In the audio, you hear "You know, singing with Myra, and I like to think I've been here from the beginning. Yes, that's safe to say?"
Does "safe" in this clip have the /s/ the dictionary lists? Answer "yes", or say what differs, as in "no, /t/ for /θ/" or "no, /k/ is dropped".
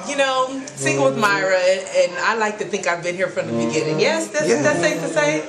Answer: no, /θ/ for /s/